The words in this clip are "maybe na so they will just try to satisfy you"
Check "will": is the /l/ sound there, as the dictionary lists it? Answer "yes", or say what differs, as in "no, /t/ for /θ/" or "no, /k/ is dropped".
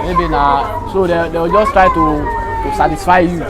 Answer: no, /w/ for /l/